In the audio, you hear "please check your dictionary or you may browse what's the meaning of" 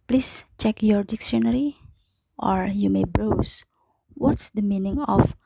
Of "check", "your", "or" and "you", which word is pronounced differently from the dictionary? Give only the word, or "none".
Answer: none